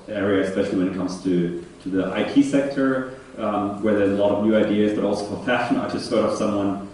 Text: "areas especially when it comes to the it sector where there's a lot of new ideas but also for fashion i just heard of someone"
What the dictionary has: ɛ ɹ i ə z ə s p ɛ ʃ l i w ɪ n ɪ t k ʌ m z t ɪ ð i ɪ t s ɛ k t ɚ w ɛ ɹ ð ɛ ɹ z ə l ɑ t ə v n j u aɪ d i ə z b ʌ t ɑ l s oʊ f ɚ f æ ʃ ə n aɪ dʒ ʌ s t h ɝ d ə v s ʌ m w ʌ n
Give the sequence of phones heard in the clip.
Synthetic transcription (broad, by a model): ɛ ɹ i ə ə s p ɛ ʃ l i w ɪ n ɪ t k ʌ m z t ɪ ð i ɪ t s ɛ k t ɚ w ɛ ɹ ð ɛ ɹ z ə l ɑ t ə v n j u aɪ d i ə z b ʌ t ɑ l s oʊ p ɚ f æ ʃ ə n aɪ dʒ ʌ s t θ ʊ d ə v s ʌ m w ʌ n